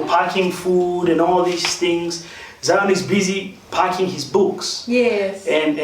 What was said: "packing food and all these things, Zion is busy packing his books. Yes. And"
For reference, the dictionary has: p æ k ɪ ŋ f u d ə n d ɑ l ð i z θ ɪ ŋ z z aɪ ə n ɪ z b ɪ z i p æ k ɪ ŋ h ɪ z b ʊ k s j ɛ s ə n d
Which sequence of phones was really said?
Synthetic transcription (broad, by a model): p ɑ k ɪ ŋ f u d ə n ɑ l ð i s θ ɪ ŋ z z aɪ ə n ɪ z b ɪ z i p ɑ k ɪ ŋ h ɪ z b ʊ k s j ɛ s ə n